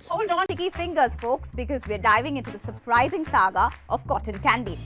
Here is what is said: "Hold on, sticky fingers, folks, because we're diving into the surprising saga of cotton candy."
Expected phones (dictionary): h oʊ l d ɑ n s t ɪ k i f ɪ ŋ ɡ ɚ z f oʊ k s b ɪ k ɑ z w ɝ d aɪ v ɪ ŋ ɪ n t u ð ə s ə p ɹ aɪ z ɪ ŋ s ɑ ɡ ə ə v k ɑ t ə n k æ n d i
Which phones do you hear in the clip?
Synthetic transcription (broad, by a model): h oʊ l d ɑ n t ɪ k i f ɪ ŋ ɡ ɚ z f oʊ k s b ɪ k ɑ z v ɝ d aɪ v ɪ ŋ ɪ n t u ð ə s ə p ɹ aɪ z ɪ ŋ s ɑ ɡ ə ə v k ɑ t ə n k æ n d i